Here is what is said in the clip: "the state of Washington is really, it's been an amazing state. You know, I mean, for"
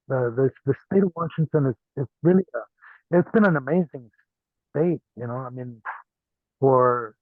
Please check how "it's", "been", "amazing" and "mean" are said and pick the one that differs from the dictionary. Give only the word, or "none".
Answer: none